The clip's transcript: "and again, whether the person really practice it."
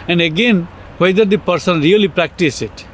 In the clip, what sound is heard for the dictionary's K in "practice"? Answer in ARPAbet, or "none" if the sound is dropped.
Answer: K